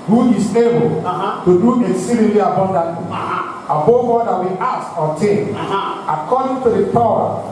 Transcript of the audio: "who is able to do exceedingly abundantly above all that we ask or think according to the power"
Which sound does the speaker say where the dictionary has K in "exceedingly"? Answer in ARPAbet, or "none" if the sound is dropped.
none